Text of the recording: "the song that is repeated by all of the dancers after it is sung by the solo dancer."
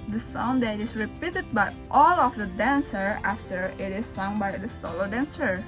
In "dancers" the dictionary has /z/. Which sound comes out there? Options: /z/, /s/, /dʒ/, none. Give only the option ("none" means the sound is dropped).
none